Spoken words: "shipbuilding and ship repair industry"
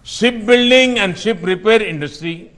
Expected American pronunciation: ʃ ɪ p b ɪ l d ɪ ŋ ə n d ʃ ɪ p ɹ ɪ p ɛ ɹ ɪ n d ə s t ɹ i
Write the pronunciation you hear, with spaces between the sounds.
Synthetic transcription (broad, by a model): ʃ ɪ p b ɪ l d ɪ ŋ ə n d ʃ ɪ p ɹ ɪ p ɛ ɹ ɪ n d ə s t ɹ i